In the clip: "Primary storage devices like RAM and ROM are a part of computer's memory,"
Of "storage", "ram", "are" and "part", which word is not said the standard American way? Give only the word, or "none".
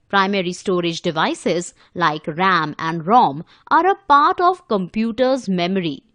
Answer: none